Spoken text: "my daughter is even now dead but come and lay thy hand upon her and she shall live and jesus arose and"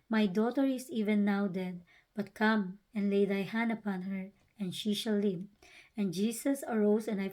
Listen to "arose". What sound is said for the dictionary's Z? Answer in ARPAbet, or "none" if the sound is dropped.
S